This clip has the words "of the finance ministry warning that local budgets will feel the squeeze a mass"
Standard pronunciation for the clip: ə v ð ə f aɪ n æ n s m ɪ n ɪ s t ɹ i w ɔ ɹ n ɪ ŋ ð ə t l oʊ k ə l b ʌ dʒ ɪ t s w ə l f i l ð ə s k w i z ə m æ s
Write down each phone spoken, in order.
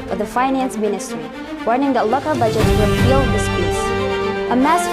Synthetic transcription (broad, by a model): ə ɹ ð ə f aɪ n æ n s m ɪ n ɪ s t ɹ i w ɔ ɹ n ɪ ŋ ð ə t l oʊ k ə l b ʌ dʒ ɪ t w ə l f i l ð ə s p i s ə m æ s